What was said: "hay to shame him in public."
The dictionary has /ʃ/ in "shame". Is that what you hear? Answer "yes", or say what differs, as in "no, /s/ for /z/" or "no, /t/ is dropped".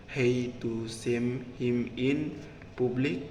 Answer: no, /s/ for /ʃ/